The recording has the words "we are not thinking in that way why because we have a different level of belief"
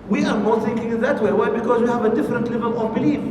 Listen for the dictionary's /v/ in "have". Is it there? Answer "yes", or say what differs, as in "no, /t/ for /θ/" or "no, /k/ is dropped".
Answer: yes